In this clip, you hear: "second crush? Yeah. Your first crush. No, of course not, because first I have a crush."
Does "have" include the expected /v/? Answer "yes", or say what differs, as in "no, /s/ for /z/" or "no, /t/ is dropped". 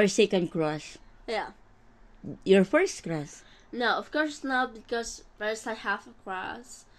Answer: no, /f/ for /v/